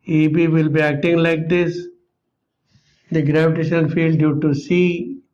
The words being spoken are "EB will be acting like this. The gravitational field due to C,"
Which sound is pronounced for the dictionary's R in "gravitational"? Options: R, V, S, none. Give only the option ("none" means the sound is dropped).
R